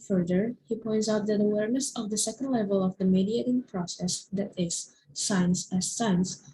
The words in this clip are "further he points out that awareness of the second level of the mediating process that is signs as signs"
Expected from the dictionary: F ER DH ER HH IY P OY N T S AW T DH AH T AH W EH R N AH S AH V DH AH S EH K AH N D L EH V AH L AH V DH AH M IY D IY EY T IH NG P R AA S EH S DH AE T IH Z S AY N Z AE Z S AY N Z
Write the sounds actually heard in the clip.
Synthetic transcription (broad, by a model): F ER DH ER HH IY P OY N T S AW T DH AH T AH W EH R N AH S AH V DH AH S EH K AH N D L EH V AH L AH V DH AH M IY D IY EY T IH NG P R AA S EH S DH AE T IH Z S AY N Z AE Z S AY N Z